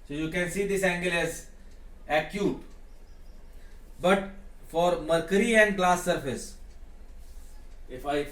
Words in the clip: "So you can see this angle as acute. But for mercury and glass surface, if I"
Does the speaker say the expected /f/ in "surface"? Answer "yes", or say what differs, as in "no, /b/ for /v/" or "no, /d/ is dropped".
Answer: yes